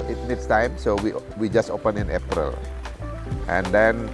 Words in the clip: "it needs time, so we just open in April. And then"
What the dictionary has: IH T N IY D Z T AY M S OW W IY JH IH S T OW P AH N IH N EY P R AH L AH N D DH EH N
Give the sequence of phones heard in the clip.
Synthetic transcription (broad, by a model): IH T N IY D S T AY M S OW W IY JH IH S T OW P AH N IH N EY P R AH L AH N D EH N